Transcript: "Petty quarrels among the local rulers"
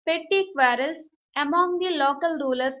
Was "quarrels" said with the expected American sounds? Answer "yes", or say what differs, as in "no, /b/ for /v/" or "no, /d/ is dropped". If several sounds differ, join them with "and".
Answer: no, /s/ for /z/